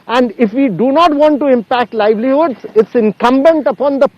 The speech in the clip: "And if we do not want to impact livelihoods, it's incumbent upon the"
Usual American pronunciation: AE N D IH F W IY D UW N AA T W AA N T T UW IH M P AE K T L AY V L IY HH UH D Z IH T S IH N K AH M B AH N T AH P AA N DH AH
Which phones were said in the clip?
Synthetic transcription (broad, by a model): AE N D IH F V IY D UW N AA T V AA N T T UW IH M P AE K T L AY V L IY HH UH D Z IH T S IH N K AH M B AH N T AH P AA N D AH